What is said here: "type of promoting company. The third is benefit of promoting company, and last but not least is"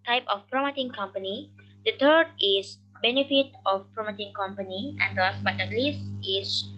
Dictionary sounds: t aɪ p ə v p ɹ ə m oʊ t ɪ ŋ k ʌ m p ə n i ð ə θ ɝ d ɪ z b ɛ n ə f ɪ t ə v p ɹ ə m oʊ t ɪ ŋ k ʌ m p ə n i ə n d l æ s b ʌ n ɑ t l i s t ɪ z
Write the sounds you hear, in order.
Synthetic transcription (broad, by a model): t aɪ p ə f p ɹ ə m oʊ t ɪ ŋ k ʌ m p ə n i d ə t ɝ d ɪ s b ɛ n ə f ɪ t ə f p ɹ ə m oʊ t ɪ ŋ k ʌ m p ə n i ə n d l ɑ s b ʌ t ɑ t l i s t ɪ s